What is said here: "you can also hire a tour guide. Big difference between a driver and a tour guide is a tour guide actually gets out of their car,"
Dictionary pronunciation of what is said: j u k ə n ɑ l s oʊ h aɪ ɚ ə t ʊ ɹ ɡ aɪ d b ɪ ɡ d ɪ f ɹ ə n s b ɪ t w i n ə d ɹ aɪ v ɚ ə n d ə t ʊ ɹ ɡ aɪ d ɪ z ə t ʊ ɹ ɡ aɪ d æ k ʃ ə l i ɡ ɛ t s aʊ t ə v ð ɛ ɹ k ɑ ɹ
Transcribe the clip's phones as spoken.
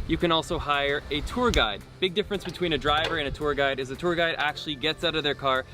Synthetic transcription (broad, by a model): j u k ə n ɑ l s oʊ h aɪ ɚ ə t ʊ ɹ ɡ aɪ d b ɪ ɡ d ɪ f ɹ ə n s b ɪ t w i n ə d ɹ aɪ v ɚ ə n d ə t ʊ ɹ ɡ aɪ d ɪ z ə t ʊ ɹ ɡ aɪ d æ k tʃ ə l i ɡ ɛ t s aʊ t ə v ð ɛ ɹ k ɑ ɹ